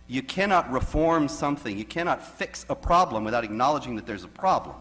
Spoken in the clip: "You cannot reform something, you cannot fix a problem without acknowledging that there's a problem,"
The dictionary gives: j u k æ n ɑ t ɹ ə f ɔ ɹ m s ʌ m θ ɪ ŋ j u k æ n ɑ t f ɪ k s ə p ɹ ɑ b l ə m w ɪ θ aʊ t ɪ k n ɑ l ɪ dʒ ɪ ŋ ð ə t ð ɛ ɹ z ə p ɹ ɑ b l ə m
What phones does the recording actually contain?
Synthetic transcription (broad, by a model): j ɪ k æ n ɑ t ɹ ə f ɔ ɹ m s ʌ m θ ɪ ŋ j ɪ k æ n ɑ t f ɪ k s ə p ɹ ɑ b l ə m w ɪ θ aʊ t ɪ k n ɑ l ɪ dʒ ɪ ŋ ð ə t ð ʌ ɹ z ə p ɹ ɑ b l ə m